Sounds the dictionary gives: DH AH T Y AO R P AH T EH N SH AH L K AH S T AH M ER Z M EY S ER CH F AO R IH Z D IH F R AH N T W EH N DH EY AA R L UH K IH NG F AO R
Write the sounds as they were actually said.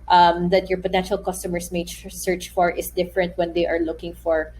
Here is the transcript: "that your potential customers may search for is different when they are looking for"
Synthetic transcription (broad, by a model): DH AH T Y AO R P AH T EH N SH AH L K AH S T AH M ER S M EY S ER CH F AO R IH S D IH F R AH N T W EH N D EY AA R L UH K IH NG F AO R